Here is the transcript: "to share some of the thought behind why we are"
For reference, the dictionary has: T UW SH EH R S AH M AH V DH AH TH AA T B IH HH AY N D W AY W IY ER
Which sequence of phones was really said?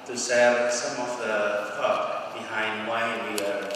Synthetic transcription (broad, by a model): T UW S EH L S AH M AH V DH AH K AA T B IH HH AY N D W AY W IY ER